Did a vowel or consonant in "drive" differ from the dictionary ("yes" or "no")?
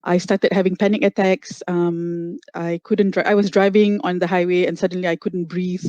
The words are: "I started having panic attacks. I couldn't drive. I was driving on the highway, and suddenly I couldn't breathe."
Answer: yes